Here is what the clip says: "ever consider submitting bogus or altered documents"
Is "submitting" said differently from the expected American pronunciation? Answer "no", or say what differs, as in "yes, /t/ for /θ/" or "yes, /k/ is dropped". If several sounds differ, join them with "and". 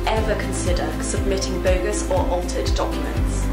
no